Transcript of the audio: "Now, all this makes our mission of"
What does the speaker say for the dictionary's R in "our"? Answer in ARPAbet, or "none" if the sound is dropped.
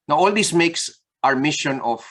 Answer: R